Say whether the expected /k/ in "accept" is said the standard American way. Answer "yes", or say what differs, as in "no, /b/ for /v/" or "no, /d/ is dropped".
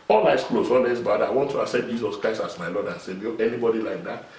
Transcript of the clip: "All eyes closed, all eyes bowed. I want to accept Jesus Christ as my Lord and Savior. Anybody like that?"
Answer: no, /k/ is dropped